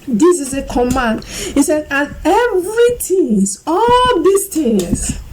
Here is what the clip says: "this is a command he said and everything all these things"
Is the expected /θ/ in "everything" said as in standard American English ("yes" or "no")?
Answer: no